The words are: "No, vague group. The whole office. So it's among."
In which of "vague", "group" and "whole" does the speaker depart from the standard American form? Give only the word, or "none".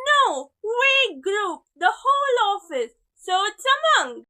vague